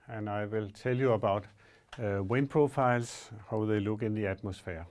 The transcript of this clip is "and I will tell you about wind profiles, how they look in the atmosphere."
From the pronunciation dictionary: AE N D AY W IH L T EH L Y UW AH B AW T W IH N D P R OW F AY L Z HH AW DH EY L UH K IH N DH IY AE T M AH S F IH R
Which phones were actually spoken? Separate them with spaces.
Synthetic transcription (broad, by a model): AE N AY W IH L S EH L Y UW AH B AW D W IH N P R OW F AY L S HH AW DH EY L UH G IH N DH IY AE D M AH S F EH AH